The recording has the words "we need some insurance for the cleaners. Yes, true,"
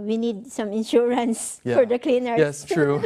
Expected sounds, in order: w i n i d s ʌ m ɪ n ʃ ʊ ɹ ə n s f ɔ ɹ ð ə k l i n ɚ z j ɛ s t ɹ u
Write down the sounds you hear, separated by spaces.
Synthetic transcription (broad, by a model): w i n i d s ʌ m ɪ n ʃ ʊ ɹ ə n s f ɔ ɹ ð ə k l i n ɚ j ɛ s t ɹ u